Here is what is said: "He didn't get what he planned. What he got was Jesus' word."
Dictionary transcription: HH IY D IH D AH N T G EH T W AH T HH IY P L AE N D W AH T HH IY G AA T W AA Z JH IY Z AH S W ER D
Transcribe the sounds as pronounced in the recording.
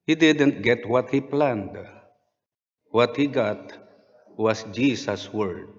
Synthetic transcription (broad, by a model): HH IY D IH D AH N T G EH T W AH T HH IY P L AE N D W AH T HH IY G AA T W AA S JH IY S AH S W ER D